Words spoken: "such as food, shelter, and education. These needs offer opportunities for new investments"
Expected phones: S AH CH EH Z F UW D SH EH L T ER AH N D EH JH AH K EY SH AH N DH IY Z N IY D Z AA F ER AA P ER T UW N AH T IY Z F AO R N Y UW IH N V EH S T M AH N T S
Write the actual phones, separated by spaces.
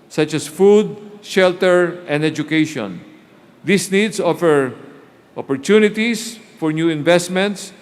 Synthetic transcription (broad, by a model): S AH CH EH S F UW D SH EH L T ER AH N D EH JH AH K EY SH AH N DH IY S N IY D S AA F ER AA P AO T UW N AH T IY S F AO R N Y UW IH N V EH S T M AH N T S